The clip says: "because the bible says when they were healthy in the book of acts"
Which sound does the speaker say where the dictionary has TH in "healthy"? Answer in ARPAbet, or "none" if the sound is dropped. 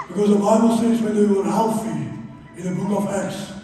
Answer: F